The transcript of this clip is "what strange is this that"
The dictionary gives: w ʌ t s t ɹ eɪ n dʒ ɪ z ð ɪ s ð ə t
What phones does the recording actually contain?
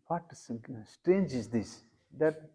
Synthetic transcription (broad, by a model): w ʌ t s t ɹ eɪ n dʒ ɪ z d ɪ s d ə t